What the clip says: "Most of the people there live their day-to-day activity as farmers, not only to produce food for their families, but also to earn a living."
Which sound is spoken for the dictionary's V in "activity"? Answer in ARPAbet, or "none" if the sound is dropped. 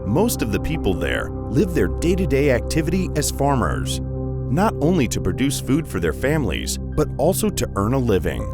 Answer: V